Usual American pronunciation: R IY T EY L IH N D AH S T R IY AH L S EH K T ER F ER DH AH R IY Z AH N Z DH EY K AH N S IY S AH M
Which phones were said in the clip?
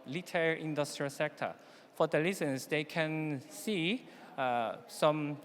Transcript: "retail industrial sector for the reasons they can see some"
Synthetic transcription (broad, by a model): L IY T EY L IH N D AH S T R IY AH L S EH K T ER F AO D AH L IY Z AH N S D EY K AH N S IY S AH M